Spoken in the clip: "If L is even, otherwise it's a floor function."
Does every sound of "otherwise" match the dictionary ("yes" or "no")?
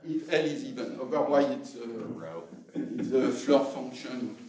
no